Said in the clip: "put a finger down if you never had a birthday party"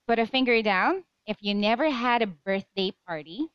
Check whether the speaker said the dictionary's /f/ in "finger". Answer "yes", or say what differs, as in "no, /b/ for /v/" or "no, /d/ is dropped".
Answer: yes